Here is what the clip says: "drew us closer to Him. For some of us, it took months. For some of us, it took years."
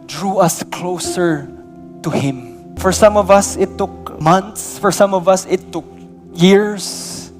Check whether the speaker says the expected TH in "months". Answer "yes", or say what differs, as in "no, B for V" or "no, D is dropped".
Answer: no, T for TH